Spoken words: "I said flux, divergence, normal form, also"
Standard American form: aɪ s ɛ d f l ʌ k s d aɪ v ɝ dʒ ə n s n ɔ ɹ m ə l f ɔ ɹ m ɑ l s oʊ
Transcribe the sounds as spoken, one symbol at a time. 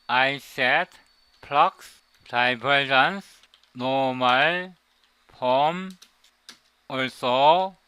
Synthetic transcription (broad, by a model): aɪ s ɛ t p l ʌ k s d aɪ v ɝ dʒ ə n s n ɔ m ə l p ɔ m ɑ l s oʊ